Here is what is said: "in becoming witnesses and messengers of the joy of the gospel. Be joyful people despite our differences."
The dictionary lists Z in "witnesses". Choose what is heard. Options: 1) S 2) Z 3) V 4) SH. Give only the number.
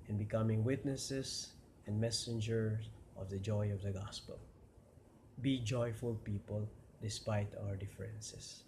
1